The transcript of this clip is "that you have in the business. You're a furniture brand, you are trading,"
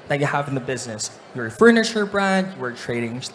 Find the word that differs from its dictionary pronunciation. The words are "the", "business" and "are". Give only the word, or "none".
none